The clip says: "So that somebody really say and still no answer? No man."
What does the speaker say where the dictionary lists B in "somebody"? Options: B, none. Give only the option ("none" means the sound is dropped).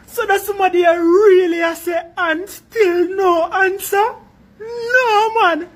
none